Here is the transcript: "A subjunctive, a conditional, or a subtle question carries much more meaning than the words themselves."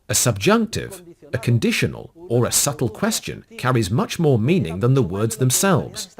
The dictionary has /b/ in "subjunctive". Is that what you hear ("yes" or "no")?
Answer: yes